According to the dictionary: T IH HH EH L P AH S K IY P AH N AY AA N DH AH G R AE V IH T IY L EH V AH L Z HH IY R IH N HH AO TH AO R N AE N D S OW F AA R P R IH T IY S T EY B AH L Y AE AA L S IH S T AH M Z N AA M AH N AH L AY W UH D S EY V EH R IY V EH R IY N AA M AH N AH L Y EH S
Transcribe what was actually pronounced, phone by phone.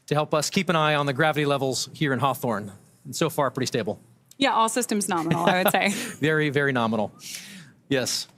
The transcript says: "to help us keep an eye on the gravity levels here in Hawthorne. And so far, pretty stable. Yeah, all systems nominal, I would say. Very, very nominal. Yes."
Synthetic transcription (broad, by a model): T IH HH EH L P AH S K IY P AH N AY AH N DH AH G R AE V IH T IY L EH V L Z HH IY R IH N HH AO TH AO R N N S OW F AA R P R IH T IY S T EY B L Y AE AA L S IH S T AH M Z N AA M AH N L AY W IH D S EY V EH R IY V EH R IY N AA M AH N L Y EH S